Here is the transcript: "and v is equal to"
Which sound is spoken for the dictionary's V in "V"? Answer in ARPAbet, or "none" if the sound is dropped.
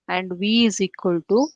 V